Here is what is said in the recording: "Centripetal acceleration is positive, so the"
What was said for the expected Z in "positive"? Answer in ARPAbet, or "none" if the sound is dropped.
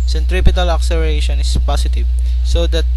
S